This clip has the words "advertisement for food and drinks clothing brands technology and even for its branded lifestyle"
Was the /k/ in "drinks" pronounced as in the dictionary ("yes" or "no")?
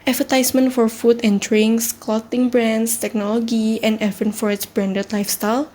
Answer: no